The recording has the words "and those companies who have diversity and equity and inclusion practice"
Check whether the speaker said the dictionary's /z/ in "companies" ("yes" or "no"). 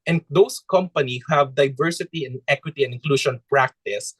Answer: no